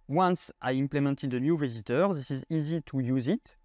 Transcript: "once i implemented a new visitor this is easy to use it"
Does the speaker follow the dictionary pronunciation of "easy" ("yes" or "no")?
yes